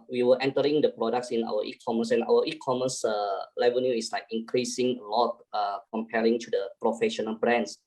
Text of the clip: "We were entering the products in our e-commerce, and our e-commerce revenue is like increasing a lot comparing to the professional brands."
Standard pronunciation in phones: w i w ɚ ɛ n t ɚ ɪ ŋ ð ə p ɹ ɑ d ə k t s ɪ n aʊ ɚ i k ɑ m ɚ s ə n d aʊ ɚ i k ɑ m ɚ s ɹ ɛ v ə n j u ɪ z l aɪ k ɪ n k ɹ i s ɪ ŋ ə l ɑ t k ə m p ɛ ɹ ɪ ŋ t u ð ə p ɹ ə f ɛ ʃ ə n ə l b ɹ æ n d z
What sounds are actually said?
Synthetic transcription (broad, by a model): w i w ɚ ɛ n t ɚ ɪ ŋ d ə p ɹ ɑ d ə k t s ɪ n aʊ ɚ i k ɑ m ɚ s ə n aʊ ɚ i k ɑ m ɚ s l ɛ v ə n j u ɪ s l aɪ k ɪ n k ɹ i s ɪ ŋ ə l ɑ t k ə m p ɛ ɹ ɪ ŋ t u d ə p ɹ ə f ɛ ʃ ə n ə l b ɹ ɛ n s